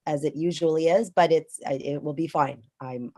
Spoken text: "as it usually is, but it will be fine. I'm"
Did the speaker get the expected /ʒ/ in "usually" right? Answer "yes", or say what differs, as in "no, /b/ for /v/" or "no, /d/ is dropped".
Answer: yes